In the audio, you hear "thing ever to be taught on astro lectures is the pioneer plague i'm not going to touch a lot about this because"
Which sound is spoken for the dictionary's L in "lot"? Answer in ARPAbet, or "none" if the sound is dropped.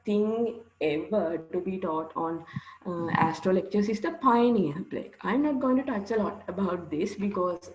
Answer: L